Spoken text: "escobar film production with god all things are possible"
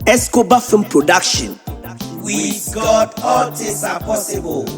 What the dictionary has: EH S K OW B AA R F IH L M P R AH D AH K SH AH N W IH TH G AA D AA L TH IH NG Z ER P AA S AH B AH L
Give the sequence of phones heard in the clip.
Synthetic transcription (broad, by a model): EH S K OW B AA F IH M P R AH D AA K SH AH N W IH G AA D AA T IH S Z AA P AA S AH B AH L